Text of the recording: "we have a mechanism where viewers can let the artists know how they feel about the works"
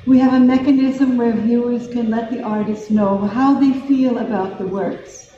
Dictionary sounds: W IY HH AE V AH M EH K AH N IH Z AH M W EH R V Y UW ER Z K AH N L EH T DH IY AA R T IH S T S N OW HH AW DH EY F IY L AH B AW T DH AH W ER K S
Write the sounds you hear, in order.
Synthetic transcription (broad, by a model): W IY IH V AH M EH K AH N IH Z AH M W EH R V Y UW ER Z K AH N L EH T DH IY AA R T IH S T N OW HH AW DH EY F IY L AH B AW T DH AH W ER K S